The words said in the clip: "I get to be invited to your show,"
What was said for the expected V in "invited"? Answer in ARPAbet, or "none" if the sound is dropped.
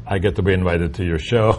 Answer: V